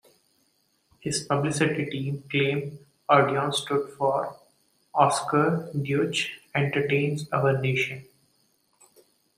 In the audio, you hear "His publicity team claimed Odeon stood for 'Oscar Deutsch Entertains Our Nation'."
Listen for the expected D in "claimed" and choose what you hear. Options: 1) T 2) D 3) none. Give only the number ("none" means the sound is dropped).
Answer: 3